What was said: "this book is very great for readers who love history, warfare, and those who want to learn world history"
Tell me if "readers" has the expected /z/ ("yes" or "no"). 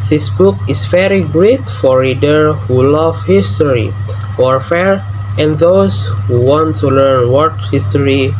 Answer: no